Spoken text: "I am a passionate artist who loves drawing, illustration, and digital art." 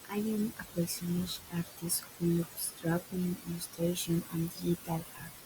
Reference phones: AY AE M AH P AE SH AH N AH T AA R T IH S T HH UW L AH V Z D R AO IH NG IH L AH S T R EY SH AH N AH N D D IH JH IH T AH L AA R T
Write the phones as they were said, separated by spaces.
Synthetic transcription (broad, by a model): AY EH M AH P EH S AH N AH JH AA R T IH S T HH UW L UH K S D R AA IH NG IH L AH S T R EY SH AH N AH N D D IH IH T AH L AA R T